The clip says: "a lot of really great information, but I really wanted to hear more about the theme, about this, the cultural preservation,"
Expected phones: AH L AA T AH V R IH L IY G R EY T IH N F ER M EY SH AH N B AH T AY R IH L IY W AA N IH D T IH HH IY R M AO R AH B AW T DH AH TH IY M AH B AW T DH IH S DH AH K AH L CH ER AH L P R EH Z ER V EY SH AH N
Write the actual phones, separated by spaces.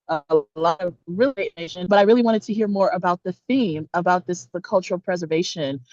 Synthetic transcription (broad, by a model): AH L AA T AH V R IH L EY IH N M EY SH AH N B AH T AY R IH L IY W AA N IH D T IH HH IY R M AO R AH B AW T DH AH TH IY M AH B AW T DH IH S DH AH K AH L CH ER L P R EH Z ER V EY SH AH N